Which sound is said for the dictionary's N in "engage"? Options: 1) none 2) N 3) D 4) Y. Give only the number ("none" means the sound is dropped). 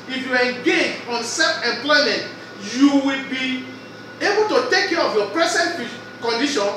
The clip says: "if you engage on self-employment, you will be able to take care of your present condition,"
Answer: 1